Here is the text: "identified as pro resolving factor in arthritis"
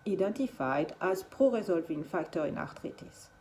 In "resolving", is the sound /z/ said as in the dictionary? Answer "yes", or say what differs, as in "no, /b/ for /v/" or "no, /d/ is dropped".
yes